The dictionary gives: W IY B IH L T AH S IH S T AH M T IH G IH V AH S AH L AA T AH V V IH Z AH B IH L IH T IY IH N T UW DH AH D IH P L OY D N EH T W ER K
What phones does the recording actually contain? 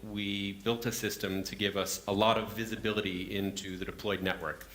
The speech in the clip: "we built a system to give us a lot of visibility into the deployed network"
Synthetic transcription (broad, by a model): W IY B IH L T AH S IH S T AH M T IH G IH V AH S AH L AA T AH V V IH Z AH B IH L IH T IY IH N T UW DH AH D IH P L OY D N EH T W ER K